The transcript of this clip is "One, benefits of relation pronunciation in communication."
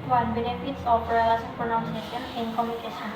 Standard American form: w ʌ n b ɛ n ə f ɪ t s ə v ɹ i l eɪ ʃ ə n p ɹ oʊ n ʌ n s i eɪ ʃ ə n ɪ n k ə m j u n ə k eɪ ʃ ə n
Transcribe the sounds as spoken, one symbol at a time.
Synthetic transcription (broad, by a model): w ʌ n b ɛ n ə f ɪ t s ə p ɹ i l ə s p ɹ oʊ n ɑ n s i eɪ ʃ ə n ɪ n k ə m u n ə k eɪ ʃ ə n